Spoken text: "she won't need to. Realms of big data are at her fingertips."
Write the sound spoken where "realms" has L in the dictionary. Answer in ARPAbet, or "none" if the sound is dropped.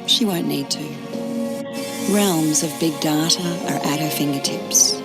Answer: L